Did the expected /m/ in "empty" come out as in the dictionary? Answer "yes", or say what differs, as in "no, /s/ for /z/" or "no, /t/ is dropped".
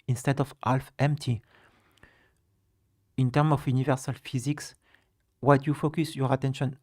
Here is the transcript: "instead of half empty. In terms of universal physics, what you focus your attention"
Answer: yes